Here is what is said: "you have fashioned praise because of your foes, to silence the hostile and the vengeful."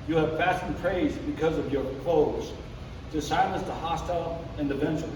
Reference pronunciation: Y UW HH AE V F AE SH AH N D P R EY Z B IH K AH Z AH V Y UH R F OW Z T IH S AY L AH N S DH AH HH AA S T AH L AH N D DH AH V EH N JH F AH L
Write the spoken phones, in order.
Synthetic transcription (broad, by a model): Y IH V F AE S N P R EY Z B IH K AH Z AH V Y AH R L OW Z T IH S AY L AH N S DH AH HH AA S T AH L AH N DH AH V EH N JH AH